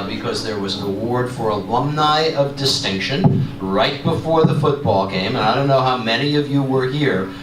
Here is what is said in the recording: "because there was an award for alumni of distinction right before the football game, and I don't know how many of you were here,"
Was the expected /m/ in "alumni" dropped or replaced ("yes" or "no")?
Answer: no